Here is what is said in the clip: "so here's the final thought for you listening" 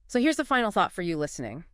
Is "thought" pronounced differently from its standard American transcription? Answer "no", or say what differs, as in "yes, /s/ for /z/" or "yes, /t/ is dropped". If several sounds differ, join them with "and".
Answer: no